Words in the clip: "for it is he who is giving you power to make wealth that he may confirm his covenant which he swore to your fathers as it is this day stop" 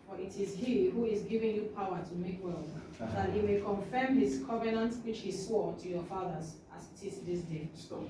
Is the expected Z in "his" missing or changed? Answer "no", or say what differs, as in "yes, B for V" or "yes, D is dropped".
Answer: yes, S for Z